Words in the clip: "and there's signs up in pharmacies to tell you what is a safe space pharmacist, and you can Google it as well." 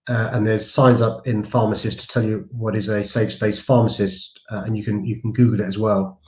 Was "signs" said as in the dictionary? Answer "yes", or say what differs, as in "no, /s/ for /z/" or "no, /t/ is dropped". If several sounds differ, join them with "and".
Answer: yes